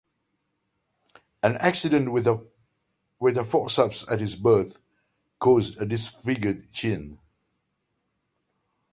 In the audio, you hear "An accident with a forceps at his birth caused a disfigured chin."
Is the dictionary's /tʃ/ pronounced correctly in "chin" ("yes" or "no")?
yes